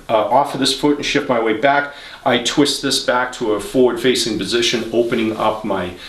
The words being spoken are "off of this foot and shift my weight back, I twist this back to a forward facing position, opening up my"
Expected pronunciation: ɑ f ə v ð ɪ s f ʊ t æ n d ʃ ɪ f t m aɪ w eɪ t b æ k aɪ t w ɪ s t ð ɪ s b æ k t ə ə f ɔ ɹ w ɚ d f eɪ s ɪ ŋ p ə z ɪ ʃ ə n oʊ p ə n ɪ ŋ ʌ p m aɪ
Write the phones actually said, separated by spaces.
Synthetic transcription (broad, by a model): ɑ f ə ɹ ð ɪ s f ʊ t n ʃ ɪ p m aɪ w eɪ b æ k aɪ t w ɪ s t ð ɪ s b æ k t ə ə f ɔ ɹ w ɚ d f eɪ s ɪ ŋ p ə z ɪ ʃ ə n oʊ p ə n ɪ ŋ ʌ p m aɪ